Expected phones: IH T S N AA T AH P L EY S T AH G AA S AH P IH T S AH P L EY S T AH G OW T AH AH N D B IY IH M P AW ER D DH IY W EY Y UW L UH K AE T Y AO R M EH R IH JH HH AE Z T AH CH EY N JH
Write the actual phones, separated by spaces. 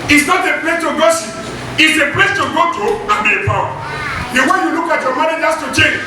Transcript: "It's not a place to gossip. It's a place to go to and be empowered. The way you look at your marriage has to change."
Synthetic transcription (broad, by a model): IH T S N AA T AH P L EY S T AH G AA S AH IH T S AH P L EY S T AH G OW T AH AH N B IY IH P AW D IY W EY Y UW L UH K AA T Y AO M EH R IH JH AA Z T AH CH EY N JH